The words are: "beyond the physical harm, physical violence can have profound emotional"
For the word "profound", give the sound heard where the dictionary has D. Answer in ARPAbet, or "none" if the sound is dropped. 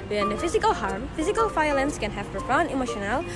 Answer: none